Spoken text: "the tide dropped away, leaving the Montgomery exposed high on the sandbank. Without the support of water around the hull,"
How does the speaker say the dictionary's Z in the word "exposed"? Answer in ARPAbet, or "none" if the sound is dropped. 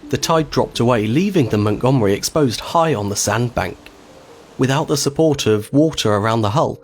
Z